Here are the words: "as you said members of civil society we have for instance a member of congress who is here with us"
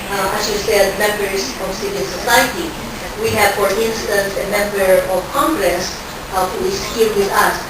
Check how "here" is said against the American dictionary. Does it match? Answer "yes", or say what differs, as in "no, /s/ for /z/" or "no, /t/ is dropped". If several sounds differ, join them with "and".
no, /l/ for /ɹ/